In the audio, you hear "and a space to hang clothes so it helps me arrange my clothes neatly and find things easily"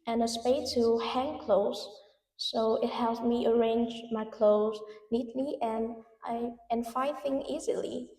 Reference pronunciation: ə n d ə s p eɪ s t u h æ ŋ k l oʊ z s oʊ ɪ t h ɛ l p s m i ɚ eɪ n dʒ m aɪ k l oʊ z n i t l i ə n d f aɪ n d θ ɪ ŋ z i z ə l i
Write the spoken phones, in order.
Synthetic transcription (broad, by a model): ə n ə s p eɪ t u h æ ŋ k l oʊ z s oʊ ɪ t h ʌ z m i ɚ eɪ n dʒ m aɪ k l oʊ z n i t l i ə n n f aɪ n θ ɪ ŋ i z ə l i